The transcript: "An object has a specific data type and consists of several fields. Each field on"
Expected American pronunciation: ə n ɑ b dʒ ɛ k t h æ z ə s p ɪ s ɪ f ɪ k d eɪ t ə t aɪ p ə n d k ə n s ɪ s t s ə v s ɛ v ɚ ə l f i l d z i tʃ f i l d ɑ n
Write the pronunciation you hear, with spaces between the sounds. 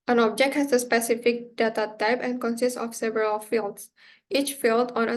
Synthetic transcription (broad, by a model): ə n ɑ b dʒ ɛ k t h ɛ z ə s p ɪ s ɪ f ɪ k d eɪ t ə t aɪ p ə n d k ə n s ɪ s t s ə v s ɛ v ɚ ə l f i l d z i tʃ f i l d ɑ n